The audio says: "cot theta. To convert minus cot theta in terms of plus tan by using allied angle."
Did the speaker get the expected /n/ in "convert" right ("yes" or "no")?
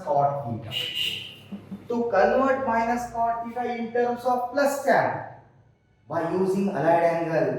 no